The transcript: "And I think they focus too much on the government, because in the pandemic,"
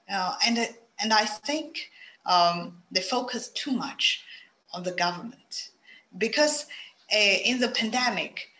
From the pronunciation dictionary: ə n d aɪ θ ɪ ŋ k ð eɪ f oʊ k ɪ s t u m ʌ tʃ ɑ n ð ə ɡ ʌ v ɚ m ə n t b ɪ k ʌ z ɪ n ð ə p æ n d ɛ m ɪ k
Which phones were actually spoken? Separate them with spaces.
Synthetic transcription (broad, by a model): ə n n aɪ θ ɪ ŋ k ð eɪ f oʊ k ɪ s t u m ʌ tʃ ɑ n ð ə ɡ ʌ v ɚ m ə n t b ɪ k ʌ z ɪ n ð ə p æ n d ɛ m ɪ k